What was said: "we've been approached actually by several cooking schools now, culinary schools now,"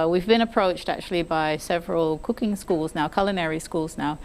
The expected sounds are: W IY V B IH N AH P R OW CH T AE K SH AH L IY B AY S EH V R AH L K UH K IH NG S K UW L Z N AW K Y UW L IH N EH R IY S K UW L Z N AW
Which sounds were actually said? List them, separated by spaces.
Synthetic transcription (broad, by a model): W IY V B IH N AH P R OW CH T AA K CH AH L IY B AY S EH V R AH L K UH K IH NG S K UW L Z N AW K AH L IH N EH R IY S K UW L Z N AW